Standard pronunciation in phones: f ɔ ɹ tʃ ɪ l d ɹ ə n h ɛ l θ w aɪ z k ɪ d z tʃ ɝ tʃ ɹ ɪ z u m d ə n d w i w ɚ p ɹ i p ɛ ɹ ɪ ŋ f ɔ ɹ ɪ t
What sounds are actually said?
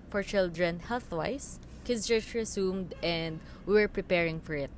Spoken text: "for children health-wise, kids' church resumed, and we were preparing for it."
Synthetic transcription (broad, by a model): f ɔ ɹ tʃ ɪ l d ɹ ə n h ɛ l θ w aɪ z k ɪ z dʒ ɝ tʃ ɹ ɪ s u m d ə n d w i w ɚ p ɹ i p ɛ ɹ ɪ ŋ f ɔ ɹ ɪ t